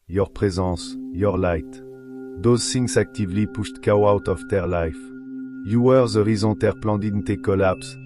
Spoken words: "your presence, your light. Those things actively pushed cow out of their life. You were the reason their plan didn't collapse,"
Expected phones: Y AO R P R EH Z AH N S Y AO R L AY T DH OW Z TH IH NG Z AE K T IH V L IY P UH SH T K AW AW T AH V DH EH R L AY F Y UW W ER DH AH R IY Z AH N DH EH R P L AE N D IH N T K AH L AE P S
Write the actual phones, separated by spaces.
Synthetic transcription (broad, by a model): Y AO R P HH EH Z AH S Y AO R L AY T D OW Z S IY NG S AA K T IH V L IY P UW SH T K AW AW T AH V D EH R L AY F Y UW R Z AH R IY Z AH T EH R P L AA D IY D T K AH L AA P S